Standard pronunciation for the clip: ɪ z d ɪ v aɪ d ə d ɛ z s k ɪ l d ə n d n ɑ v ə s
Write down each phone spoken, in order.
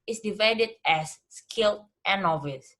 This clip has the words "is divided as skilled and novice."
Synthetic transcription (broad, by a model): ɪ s d ɪ v aɪ d ə d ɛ s k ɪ l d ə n n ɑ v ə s